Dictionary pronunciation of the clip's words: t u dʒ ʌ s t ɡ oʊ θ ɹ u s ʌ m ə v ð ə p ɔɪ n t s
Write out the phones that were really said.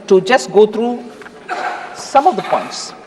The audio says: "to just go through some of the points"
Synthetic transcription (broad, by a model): t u dʒ ʌ s t ɡ oʊ t ɹ u s ʌ m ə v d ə p ɔɪ n t s